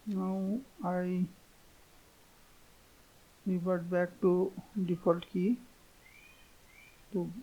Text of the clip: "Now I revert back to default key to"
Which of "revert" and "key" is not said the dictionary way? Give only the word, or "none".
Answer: revert